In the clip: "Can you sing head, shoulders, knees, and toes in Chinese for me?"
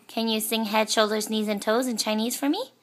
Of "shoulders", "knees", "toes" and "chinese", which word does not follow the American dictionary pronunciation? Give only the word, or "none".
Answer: none